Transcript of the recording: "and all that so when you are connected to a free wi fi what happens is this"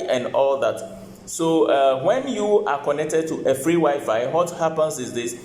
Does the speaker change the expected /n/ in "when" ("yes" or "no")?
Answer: no